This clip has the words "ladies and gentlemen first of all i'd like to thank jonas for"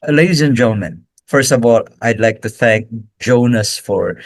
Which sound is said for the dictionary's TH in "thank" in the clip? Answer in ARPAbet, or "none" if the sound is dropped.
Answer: TH